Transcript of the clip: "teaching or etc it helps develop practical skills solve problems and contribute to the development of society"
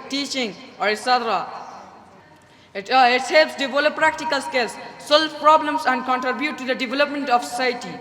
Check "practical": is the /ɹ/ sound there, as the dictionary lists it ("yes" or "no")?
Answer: yes